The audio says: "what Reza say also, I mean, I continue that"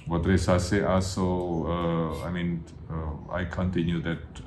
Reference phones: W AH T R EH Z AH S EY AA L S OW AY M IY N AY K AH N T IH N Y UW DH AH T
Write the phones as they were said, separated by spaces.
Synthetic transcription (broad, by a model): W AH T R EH S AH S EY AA S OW AY M IY N AY K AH N T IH N Y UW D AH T